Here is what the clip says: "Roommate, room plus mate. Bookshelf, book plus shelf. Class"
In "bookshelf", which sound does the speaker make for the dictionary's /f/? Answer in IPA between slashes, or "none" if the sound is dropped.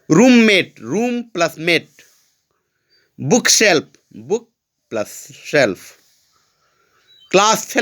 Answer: /p/